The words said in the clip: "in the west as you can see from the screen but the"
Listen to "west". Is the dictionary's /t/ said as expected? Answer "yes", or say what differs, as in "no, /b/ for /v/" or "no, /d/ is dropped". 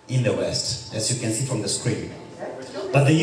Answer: yes